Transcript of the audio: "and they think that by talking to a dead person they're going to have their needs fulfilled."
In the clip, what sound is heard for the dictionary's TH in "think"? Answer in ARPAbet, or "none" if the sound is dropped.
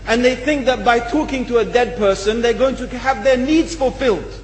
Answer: TH